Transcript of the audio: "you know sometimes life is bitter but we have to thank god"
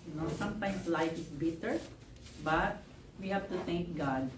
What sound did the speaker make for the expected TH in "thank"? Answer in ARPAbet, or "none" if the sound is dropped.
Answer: T